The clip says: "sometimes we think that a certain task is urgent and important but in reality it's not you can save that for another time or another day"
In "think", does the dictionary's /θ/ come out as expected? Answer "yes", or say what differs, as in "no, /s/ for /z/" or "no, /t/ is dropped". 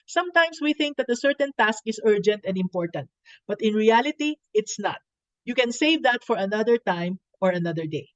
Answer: yes